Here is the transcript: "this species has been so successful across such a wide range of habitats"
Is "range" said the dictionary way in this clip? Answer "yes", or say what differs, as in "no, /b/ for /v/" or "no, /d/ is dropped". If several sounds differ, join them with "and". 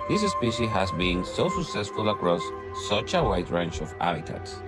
no, /tʃ/ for /dʒ/